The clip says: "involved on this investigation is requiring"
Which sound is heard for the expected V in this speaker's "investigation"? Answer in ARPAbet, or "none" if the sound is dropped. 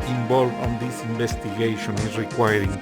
B